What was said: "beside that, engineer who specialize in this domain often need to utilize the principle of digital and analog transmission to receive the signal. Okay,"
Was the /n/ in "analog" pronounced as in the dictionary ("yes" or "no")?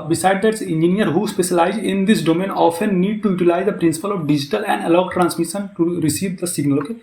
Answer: no